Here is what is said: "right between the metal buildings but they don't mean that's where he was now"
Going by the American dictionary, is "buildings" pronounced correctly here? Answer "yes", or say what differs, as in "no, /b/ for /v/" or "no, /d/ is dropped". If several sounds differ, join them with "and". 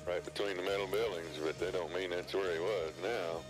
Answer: yes